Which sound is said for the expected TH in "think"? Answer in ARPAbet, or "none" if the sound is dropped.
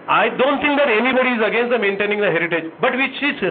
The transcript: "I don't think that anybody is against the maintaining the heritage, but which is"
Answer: T